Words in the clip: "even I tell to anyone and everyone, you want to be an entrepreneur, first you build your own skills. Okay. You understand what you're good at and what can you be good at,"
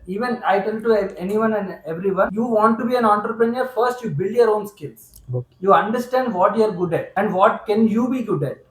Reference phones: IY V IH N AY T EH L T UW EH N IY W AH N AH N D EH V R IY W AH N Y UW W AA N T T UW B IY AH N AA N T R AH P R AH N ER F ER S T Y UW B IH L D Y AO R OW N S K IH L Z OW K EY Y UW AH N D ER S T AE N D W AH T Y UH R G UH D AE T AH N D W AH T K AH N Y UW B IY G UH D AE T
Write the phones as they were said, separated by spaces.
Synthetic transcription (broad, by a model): IY V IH N AY T EH L T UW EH N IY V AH N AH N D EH V R IY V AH N Y UW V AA N T T UW B IY AH N AA N T R AH P R AH N ER F ER S T Y UW B IH L D Y AO R OW N S K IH L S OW Y UW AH N D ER S T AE N D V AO T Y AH R G UH D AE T AH N D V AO T K AH N Y UW B IY G UH D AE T